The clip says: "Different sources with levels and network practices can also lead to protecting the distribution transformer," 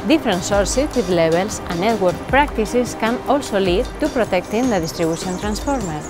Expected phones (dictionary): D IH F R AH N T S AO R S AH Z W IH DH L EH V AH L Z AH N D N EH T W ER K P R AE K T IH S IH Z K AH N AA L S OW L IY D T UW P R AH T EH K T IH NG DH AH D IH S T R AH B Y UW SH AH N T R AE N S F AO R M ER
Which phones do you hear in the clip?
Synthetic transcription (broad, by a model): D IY F R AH N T S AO R S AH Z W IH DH L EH B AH L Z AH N N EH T W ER K P R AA K T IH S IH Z K AH N AA L S OW L IY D T UW P R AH T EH K T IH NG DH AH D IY S T R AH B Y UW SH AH N T R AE N S F AO R M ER